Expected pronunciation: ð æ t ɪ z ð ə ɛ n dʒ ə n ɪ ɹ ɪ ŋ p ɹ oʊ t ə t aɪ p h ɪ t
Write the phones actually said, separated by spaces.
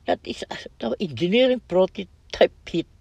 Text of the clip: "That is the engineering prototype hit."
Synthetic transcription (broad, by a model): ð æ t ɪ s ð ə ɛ n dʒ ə n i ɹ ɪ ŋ p ɹ oʊ t ə t aɪ p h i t